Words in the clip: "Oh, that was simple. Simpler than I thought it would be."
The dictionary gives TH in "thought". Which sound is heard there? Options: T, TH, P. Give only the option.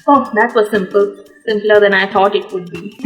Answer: T